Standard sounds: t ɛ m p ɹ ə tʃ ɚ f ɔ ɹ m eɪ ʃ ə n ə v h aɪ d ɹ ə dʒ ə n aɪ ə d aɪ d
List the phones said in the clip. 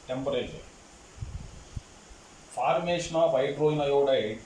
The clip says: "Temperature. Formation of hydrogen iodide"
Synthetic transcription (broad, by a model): t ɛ m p ɹ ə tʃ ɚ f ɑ ɹ m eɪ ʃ n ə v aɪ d ɹ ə ə n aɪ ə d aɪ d